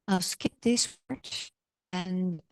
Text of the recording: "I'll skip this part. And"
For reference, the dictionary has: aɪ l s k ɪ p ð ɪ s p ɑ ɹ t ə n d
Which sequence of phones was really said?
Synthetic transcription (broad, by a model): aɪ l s k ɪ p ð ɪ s f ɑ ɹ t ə n